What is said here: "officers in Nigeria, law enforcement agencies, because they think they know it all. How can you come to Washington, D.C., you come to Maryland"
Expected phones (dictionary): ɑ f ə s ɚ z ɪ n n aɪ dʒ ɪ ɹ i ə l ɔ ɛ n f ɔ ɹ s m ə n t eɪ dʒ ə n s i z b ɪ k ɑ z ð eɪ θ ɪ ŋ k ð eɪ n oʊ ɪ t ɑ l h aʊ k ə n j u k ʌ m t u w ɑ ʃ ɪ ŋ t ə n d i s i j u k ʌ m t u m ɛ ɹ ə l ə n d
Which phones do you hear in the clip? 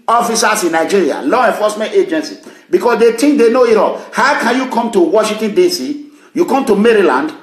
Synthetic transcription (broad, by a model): ɑ f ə s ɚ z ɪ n n aɪ dʒ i ɹ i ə l ɔ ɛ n f ɔ s m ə n t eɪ dʒ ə n s i b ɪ k ɑ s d eɪ t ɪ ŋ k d eɪ n oʊ ɪ t ɑ l h aʊ k ə n j u k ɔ m t u w ɑ ʃ ɪ ŋ t ə n d i s i j u k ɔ m t u m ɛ ɹ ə l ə n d